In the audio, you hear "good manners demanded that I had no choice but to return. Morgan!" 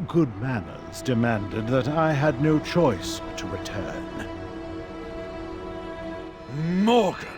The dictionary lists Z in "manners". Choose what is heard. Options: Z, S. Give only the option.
Z